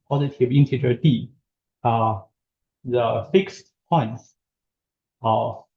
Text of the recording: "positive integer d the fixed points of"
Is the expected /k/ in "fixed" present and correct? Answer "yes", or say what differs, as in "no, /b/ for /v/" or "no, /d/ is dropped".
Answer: yes